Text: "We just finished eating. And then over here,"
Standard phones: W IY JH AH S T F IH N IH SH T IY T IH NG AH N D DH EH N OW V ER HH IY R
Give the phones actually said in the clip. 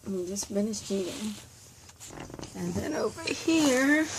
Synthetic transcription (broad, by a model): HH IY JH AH S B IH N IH S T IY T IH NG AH N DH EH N OW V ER HH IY R